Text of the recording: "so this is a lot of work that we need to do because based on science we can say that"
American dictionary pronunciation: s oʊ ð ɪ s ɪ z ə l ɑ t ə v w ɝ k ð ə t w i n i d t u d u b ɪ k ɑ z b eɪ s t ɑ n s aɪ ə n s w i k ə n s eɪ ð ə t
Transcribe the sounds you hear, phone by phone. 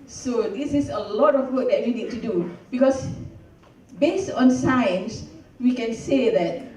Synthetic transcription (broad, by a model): s oʊ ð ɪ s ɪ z ə l ɑ t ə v w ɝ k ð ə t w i n i d t u d u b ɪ k ɑ s b eɪ s t ɑ n s aɪ ə n s w i k ə n s eɪ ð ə t